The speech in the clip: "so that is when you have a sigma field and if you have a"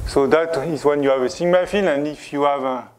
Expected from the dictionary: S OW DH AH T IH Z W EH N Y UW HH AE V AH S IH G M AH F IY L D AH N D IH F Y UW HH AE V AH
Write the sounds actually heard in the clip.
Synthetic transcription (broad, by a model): S OW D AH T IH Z W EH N Y UW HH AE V AH S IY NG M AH F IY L AH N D IH F Y UW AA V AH